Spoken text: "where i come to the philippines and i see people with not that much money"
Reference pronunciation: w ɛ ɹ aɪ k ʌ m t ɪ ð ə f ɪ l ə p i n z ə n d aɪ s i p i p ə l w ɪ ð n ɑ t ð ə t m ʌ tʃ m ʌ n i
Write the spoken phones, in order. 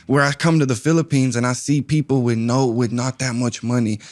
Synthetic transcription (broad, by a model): w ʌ ɹ aɪ k ʌ m t ɪ ð ə f ɪ l ə p i n z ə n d aɪ s i p i p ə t w ɪ ð n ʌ t ð ə t m ʌ tʃ m ʌ n i